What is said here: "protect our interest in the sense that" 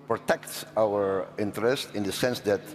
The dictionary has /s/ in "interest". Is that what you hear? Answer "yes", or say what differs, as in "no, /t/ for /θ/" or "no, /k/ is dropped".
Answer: yes